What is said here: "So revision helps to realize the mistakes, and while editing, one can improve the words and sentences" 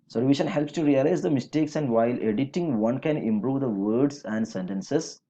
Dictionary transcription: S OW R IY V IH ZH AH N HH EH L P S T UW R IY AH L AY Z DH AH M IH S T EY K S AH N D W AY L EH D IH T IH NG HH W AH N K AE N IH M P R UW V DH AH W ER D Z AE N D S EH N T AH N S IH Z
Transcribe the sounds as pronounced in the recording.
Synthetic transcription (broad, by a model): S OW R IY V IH SH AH N HH EH L P S T UW R IY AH L AY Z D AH M IH S T EY K S AH N D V AY L EH D IH T IH NG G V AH N K AE N IH M P R UW V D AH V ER D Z AE N D S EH N T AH N S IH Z